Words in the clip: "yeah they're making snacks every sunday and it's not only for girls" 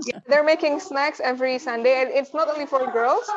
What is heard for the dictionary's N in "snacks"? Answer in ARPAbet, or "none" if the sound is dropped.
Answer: N